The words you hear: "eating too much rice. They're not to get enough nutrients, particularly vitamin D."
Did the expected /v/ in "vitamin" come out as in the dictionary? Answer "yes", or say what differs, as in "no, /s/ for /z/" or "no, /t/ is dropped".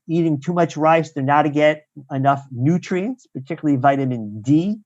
yes